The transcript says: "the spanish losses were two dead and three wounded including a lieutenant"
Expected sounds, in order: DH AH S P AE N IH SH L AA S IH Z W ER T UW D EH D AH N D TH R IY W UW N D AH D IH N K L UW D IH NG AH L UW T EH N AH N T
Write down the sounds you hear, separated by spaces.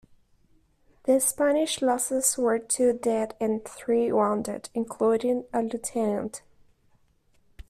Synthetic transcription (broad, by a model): DH AH S P AE N IH SH L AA S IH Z W ER T UW D EH D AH N TH R IY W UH N D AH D IH N K L UW D IH NG AH L UW T EH N AH N T